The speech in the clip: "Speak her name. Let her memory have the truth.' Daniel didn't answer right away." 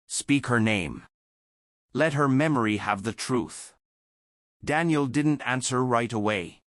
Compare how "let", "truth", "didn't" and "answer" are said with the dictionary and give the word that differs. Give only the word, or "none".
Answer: none